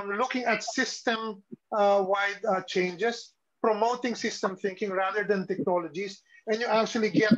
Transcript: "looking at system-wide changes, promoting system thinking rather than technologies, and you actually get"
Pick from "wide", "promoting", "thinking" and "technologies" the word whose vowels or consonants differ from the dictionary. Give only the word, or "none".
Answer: technologies